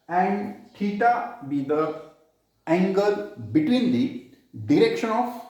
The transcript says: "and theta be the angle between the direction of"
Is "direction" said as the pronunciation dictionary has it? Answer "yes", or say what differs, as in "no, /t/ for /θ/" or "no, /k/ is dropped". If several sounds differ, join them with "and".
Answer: yes